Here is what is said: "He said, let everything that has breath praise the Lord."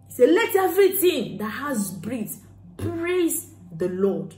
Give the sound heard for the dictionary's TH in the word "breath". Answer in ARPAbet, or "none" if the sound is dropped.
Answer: S